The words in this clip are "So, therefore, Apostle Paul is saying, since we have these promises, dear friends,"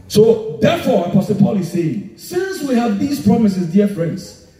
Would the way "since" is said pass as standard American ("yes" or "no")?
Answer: yes